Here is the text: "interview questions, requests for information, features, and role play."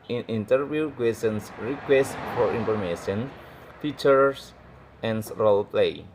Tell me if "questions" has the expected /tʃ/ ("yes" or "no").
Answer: no